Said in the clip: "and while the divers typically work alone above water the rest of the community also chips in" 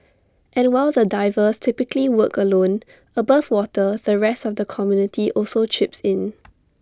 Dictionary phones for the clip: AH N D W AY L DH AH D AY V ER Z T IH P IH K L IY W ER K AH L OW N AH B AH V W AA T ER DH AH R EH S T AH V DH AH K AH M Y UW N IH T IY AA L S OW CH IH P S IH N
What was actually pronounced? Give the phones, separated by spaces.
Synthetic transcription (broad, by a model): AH N W AY L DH AH D AY V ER S T IH P IH K L IY W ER K AH L OW N AH B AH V W AA T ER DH AH R EH S T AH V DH AH K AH M Y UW N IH T IY AA L S OW CH IH P S IH N